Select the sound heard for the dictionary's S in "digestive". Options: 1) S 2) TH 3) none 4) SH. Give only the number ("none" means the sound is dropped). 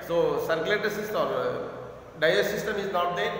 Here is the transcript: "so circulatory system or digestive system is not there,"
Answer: 3